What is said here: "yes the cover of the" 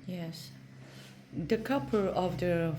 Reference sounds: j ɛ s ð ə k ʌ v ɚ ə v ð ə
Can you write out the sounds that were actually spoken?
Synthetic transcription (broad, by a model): j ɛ s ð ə k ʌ p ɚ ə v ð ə